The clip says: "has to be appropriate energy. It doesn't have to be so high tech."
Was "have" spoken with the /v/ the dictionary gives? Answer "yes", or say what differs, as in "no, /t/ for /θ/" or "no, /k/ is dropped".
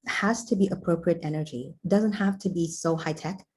no, /f/ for /v/